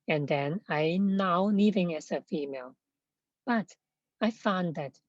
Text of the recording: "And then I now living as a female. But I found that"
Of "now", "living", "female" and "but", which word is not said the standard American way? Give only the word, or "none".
living